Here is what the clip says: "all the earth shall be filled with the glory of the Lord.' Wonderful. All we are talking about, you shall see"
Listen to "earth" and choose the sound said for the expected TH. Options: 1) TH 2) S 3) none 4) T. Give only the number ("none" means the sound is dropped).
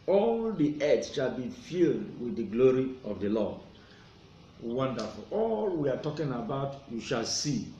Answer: 2